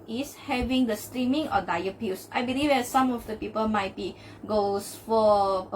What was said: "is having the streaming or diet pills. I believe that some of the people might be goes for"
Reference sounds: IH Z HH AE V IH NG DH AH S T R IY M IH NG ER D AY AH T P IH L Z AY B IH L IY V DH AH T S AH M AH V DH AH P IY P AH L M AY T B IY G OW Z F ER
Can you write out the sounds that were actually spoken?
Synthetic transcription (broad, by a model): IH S HH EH V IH NG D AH S T R IY M IH NG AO D AY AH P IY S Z AY B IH L IY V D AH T S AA M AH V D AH P IY P AH L M AY T B IY G OW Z F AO